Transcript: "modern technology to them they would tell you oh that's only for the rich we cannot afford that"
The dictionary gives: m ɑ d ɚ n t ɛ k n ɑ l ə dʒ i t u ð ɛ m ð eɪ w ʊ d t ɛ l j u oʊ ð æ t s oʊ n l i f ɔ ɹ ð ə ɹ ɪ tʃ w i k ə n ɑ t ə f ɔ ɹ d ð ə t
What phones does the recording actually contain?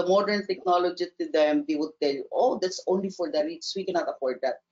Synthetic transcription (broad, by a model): m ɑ d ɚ n t ɛ k n ɑ l ə dʒ i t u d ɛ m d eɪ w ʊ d t ɛ l j u oʊ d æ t s oʊ n l i f ɔ ɹ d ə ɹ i s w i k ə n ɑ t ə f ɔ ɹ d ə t